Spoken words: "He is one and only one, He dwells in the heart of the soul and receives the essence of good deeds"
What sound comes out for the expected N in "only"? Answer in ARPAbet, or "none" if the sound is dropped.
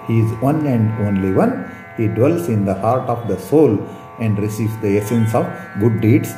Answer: N